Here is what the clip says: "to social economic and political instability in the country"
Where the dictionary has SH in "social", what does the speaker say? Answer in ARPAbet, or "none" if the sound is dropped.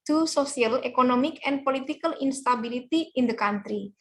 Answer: S